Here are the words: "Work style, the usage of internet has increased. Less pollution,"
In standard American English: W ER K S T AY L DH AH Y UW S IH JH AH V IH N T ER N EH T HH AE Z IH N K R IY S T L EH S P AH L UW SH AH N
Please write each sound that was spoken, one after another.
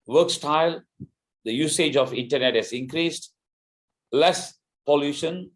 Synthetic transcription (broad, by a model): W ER K S T AY L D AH Y UW S IH JH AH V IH N T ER N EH T HH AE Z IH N K R IY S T L EH S P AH L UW SH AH N